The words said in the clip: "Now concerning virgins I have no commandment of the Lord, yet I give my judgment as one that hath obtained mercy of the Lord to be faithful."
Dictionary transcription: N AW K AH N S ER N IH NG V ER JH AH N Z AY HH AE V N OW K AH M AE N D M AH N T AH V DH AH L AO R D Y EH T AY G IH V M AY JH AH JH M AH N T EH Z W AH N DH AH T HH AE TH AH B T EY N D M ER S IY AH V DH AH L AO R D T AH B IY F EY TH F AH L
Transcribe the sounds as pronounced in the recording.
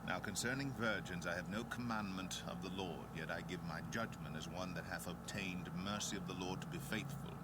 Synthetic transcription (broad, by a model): N AW K AH N S ER N IH NG V ER JH AH N Z AY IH V N OW K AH M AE N M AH N T AH V DH AH L AO R D Y EH T AY G IH V M AY JH AH JH M AH N T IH Z W AH N DH AH T HH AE TH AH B T EY N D M ER S IY AH V DH AH L AO R D T AH B IY F EY TH F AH L